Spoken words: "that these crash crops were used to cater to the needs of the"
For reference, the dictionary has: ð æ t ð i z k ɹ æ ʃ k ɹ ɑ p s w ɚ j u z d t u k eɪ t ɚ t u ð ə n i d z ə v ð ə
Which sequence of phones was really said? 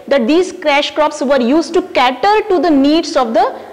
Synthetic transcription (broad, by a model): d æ t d i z k ɹ æ ʃ k ɹ ɑ p s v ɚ j u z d t u k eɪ t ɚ t u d ə n i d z ə v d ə